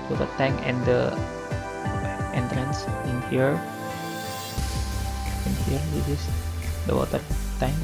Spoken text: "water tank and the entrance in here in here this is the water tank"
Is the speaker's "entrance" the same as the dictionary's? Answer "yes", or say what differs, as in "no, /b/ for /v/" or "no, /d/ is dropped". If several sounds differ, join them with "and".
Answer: yes